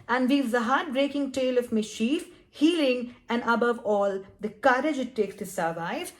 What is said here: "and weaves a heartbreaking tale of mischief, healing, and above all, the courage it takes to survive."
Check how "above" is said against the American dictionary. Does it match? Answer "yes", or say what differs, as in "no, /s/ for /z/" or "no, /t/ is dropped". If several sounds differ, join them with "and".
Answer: yes